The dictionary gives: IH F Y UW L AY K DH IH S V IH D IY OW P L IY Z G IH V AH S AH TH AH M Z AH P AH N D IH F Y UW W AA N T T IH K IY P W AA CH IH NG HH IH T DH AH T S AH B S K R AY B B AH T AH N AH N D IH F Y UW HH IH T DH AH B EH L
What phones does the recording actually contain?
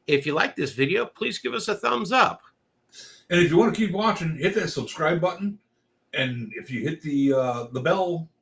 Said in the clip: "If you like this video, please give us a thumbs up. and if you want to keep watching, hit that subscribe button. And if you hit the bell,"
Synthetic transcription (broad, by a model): IH F Y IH L AY K DH IH S V IH D IY OW P L IY Z G IH V AH S AH TH AH M Z AH P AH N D IH F Y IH W AA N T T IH K IY P W AA CH IH NG HH IH T DH AH T S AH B S K R AY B B AH T N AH N IH F Y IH HH IH T DH AH B EH L